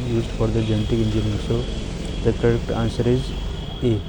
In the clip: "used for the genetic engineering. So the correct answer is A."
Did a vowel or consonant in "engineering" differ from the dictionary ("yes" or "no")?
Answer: yes